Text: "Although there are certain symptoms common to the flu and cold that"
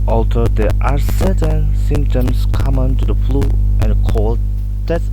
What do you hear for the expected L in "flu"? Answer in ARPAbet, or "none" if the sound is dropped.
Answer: L